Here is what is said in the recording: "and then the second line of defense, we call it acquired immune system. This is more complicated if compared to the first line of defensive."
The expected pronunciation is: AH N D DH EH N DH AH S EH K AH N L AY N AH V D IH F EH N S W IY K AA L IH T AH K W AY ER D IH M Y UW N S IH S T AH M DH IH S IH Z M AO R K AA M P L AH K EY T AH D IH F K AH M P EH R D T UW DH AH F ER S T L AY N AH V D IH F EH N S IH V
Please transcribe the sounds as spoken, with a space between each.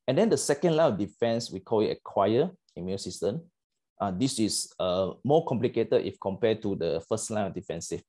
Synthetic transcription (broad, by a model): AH N D EH N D AH S EH K AH N L AY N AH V D IH F EH N S W IY K AA L IH T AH K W AY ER IH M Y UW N S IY S T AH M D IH S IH S M AO K AA M P L AH K EY T AH D IH F K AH M P EH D T UW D AH F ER S T L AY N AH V D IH F EH N S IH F